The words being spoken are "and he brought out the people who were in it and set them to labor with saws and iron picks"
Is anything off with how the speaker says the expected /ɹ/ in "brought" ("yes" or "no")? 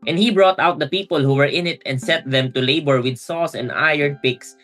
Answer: no